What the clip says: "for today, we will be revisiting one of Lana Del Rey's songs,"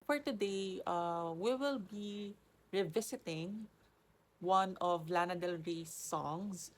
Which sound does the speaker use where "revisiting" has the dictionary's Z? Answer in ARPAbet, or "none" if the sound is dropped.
S